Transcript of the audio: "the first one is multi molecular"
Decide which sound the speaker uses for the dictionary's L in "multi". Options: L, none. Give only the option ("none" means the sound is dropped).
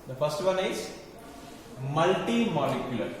L